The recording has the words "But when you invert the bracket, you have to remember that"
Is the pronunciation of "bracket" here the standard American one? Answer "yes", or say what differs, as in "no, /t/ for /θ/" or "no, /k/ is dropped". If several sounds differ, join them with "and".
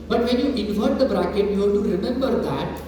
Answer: yes